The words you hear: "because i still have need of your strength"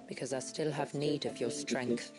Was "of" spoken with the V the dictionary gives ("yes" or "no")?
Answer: yes